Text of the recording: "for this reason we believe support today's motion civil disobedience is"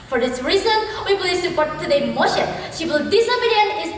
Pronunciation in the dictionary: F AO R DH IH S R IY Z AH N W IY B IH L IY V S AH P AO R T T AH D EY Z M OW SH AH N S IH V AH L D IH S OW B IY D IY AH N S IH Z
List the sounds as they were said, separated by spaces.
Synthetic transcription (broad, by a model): F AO R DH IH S R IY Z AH N W IY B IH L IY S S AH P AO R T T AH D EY M OW SH AH N SH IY W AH L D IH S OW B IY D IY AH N IH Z